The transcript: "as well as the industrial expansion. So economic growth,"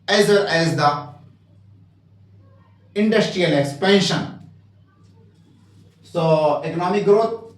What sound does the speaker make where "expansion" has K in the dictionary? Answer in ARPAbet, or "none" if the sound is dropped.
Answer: none